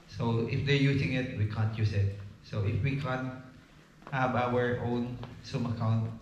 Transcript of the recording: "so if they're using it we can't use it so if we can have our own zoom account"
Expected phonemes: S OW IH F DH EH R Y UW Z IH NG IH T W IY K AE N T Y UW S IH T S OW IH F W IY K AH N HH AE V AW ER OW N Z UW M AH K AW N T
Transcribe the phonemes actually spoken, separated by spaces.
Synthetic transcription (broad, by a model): S OW IH F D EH R Y UW S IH NG IH T W IY K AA N T Y UW S IH T S OW IH F W IY K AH N HH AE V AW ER OW N S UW M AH K AW N T